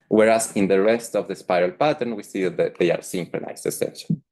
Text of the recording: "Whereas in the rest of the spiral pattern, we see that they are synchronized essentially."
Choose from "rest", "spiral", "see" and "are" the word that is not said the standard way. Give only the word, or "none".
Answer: none